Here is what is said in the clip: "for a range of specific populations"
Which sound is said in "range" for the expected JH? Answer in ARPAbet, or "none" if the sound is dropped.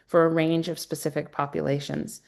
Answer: JH